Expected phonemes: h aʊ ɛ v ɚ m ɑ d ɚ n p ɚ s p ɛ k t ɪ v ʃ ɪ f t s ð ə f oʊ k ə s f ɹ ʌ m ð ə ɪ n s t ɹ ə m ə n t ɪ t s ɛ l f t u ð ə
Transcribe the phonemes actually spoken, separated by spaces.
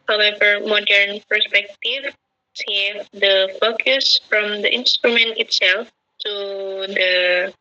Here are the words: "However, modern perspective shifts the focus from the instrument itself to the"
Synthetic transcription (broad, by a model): h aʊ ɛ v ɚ m ɑ d ɚ n p ɚ s p ɛ k t ɪ v s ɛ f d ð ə f oʊ k ə s f ɹ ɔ m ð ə ɪ n s t ɹ ə m ə n t ɪ t s ɛ l f t u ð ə